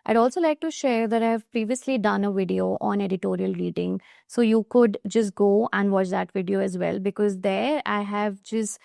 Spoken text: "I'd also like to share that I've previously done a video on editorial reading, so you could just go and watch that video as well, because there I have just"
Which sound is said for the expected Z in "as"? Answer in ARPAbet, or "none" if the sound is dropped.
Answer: Z